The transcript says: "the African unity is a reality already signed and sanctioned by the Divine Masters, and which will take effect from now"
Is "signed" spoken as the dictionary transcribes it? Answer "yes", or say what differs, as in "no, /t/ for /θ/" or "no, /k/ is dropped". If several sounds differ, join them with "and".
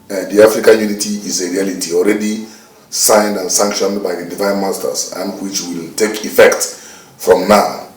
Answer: yes